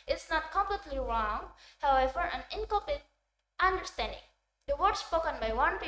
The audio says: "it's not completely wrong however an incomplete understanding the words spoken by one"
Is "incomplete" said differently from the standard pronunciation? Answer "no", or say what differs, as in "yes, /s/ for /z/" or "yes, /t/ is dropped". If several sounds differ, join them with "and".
yes, /m/ is dropped and /l/ is dropped